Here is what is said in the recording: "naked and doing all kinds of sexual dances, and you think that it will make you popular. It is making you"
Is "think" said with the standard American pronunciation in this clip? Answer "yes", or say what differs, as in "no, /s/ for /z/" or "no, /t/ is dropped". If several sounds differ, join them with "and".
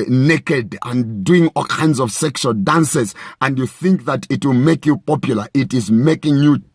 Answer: yes